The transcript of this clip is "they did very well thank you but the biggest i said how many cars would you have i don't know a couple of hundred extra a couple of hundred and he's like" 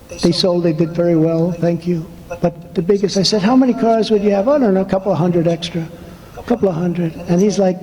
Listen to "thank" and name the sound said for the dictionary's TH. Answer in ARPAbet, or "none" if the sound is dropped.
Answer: TH